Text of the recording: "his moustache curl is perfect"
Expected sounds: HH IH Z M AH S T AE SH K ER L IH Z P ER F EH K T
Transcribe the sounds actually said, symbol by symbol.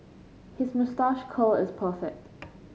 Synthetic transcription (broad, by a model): HH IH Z M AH S T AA SH K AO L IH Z P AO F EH T